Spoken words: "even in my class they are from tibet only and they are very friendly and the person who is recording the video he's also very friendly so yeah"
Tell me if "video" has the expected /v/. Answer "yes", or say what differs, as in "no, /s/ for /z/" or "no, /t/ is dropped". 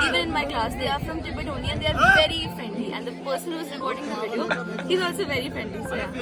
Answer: no, /b/ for /v/